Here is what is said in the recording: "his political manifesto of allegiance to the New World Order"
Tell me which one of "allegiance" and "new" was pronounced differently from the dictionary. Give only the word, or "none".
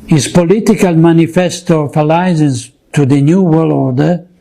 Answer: allegiance